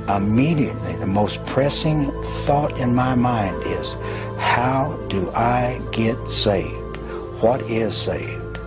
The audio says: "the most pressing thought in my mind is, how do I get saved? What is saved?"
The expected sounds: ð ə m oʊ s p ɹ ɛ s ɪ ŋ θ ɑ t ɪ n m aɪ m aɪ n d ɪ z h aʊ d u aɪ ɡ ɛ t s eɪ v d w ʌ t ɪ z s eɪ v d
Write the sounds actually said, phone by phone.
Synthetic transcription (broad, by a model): ð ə m oʊ s p ɹ ɛ s ɪ ŋ θ ɑ t ɪ n m aɪ m aɪ n d ɪ z h aʊ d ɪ aɪ ɡ ɛ t s eɪ v d w ʌ t ɪ z s eɪ v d